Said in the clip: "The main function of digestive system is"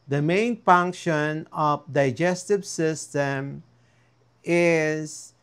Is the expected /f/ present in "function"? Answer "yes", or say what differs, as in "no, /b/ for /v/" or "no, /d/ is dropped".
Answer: yes